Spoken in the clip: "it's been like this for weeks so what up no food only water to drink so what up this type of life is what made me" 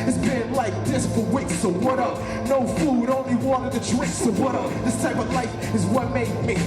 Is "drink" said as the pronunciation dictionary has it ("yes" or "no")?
no